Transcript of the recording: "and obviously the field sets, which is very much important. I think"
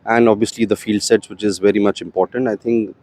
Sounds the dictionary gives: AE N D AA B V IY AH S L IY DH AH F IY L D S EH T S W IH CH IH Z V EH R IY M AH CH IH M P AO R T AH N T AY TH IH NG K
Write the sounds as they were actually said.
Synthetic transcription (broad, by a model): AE N D AA B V IY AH S L IY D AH F IY L D S EH T S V IH CH IH Z V EH R IY M AH CH IH M P AO R T AH N T AY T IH NG K